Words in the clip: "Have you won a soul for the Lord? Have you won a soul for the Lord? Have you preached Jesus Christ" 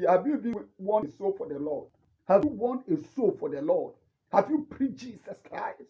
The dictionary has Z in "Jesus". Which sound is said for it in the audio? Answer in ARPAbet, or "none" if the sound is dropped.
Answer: S